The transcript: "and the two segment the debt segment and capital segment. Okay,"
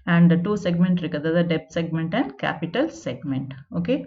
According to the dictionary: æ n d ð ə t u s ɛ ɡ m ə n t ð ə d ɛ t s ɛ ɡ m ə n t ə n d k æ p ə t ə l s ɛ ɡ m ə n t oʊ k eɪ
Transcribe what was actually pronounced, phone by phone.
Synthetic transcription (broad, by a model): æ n d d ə t u s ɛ ɡ m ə n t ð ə d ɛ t s ɛ ɡ m ə n t ə n d k æ p ə t ə l s ɛ ɡ m ə n t oʊ k eɪ